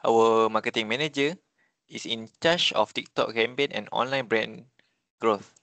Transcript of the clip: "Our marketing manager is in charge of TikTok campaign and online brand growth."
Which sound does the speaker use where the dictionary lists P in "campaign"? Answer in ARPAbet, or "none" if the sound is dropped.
B